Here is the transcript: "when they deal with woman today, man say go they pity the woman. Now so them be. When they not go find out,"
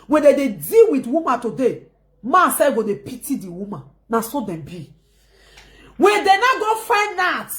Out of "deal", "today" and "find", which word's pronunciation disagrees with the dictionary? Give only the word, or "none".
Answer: find